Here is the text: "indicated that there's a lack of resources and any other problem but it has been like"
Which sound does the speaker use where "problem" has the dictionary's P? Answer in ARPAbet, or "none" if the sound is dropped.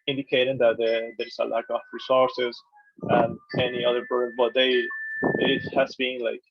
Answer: B